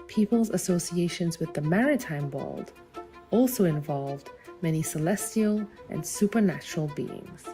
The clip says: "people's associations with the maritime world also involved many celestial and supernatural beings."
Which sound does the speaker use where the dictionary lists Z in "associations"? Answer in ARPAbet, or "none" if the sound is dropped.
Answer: Z